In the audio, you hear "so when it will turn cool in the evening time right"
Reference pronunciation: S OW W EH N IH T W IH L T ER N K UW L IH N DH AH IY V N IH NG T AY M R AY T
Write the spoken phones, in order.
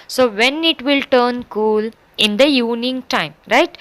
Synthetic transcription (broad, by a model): S OW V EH N IH T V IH L T ER N K UW L IH N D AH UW N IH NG T AY M R AY T